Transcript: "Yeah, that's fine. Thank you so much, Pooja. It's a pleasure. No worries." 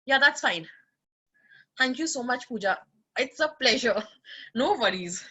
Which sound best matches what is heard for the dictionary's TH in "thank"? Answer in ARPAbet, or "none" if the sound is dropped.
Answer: T